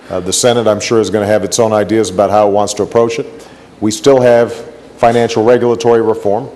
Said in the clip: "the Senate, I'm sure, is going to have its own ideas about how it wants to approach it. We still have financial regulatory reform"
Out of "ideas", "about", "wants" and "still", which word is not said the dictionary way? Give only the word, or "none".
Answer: none